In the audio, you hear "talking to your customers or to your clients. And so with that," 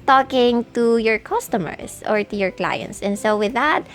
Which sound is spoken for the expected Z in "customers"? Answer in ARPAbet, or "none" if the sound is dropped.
S